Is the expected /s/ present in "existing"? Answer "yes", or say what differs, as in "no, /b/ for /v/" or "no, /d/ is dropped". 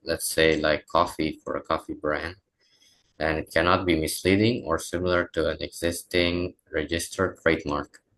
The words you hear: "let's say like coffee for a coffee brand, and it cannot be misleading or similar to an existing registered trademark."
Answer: yes